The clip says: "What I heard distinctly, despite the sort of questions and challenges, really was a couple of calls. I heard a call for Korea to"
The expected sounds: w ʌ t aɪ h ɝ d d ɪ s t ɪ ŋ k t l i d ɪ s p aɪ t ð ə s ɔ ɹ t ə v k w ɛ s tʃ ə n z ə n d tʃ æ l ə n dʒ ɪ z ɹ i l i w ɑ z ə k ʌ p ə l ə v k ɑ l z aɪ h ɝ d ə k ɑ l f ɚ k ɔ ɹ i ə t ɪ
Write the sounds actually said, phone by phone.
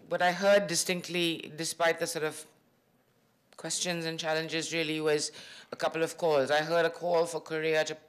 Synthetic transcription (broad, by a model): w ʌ t aɪ h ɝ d d ɪ s t ɪ ŋ k t l i d ɪ s p aɪ t ð ə s ɔ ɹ t ə v k w ɛ s tʃ ə n z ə n tʃ æ l ə n dʒ ɪ z ɹ i l i w ɑ z ə k ʌ p ə l ə v k ɑ l z aɪ h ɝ d ə k ɑ l f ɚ k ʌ ɹ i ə t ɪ